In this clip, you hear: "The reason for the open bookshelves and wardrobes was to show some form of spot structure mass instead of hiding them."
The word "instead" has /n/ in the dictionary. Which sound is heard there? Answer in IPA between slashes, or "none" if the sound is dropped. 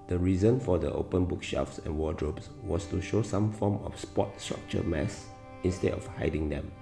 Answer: /n/